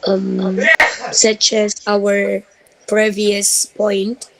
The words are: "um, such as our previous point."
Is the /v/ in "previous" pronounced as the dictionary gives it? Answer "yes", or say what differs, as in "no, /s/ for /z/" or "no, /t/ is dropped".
yes